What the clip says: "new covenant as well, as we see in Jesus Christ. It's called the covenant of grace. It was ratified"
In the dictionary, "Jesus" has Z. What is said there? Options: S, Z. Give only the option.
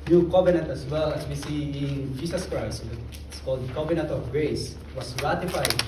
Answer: S